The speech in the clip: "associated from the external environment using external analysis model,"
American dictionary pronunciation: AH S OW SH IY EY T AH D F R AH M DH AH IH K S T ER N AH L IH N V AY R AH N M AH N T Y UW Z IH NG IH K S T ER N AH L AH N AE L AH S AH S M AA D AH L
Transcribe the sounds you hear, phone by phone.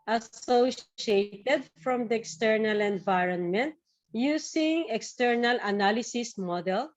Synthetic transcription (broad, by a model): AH S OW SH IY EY T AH D F R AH M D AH IH K S T ER N AH L IH N V AY R AH N M AH N T Y UW S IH NG IH K S T ER N AH L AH N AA L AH S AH S M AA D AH L